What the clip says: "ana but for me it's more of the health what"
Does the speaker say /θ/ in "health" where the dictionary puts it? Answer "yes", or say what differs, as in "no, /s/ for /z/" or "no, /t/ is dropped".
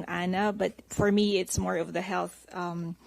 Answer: yes